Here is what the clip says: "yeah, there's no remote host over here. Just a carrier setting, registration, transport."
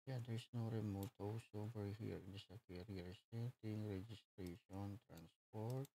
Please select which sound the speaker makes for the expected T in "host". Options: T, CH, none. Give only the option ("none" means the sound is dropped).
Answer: none